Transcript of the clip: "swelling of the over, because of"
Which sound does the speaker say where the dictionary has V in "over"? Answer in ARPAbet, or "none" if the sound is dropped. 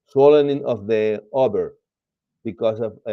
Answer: B